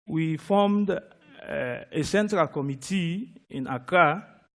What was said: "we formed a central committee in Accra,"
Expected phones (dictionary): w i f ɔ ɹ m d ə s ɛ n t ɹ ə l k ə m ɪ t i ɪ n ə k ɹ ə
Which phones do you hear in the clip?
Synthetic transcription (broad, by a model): w i f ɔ m d ə s ɛ n t ɹ ə l k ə m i t i ɪ n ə k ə